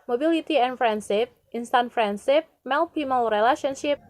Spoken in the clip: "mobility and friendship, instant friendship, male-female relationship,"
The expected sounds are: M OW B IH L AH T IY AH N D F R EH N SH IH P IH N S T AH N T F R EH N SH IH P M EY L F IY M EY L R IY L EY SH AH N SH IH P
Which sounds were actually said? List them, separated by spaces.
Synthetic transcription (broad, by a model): M OW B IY L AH T IY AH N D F R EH N S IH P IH N S T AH N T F R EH N S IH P M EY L P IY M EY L R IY L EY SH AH N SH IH P